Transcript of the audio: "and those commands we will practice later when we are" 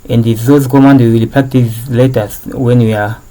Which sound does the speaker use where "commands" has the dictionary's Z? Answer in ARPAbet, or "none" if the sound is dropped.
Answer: none